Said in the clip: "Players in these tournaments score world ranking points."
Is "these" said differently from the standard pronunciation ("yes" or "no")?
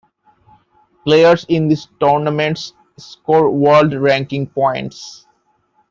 yes